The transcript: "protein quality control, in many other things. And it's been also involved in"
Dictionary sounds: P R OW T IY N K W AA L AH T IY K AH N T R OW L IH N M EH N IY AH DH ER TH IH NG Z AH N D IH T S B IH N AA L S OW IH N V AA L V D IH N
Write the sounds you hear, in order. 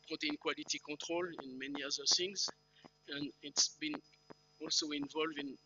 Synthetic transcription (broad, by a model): P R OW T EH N K W AA L AH T IY K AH T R OW L IH N M EH N IY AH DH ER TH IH NG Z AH N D IH T S B IH N AA L S OW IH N V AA L V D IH N